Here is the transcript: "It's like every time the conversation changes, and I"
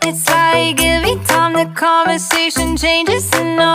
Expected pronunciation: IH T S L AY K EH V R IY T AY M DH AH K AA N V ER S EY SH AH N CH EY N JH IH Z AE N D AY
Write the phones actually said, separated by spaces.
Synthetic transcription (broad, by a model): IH T S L AY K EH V IY T AY M DH AH K AA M V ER S EY SH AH N CH EY N JH IH Z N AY